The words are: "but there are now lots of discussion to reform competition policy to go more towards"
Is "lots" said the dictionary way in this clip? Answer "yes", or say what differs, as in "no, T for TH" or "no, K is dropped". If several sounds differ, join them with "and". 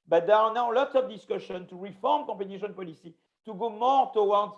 yes